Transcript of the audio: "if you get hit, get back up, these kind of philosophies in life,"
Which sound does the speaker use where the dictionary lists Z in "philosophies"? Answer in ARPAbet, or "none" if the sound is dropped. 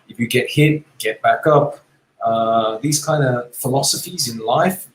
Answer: Z